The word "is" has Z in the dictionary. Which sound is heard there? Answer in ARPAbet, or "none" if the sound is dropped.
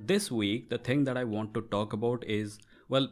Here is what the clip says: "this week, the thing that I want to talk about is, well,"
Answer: Z